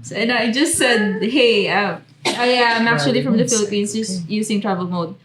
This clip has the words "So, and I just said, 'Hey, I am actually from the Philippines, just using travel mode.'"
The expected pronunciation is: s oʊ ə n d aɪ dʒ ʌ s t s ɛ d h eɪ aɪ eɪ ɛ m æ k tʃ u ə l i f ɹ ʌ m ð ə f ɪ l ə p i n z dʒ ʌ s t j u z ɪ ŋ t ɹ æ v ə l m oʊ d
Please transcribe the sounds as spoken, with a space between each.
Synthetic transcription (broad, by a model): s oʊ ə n aɪ dʒ ʌ s t s ɛ d h eɪ aɪ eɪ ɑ m æ k tʃ u ə l i f ɹ ʌ m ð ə f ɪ l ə p i n s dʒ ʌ s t j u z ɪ ŋ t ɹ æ v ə l m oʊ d